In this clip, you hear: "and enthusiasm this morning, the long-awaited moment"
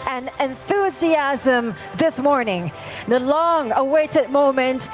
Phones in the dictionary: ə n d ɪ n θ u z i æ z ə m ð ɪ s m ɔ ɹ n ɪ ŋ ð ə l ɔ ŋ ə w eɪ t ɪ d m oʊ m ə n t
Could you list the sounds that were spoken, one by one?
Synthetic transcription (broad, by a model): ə n ɪ n θ u z i æ z ə m ð ɪ s m ɔ ɹ n ɪ ŋ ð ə l ɔ ŋ ə w eɪ t ɪ d m oʊ m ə n t